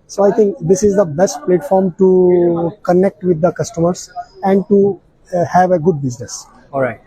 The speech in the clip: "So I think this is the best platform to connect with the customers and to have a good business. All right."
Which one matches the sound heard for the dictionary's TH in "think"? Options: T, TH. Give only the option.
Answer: T